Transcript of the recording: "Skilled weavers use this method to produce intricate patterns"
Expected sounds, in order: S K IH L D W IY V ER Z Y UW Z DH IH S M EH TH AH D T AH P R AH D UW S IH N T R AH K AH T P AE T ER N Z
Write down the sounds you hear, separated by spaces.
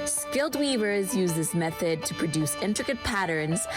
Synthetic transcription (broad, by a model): S K IH L D W IY V ER Z Y UW Z DH IH S M EH TH AH D T AH P R AH D UW S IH N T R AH K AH T P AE T ER N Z